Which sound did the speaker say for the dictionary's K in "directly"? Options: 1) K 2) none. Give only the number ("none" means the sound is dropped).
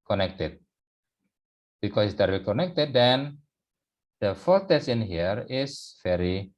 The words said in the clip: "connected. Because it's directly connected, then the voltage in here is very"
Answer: 2